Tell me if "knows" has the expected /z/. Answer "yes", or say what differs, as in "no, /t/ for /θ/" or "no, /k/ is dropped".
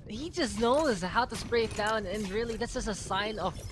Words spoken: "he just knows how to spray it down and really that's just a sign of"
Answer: yes